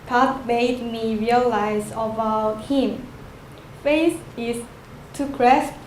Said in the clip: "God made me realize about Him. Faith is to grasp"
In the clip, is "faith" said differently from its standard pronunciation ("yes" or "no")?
yes